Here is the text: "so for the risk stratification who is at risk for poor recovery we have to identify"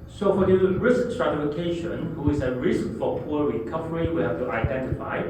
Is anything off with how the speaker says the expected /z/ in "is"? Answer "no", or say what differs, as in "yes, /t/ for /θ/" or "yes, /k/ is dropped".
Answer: yes, /s/ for /z/